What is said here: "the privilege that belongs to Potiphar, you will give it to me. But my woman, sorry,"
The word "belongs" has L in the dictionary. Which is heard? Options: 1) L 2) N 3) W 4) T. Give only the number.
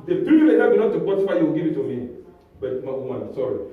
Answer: 2